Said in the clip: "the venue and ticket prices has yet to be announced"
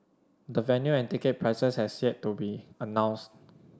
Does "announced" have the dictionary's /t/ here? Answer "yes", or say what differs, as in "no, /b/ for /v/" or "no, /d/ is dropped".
yes